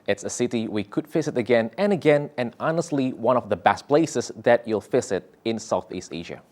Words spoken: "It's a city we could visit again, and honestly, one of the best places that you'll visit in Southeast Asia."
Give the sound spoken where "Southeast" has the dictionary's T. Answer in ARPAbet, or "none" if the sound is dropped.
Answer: T